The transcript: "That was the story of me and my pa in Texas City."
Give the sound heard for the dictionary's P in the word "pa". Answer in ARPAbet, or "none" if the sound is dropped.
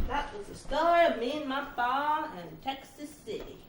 F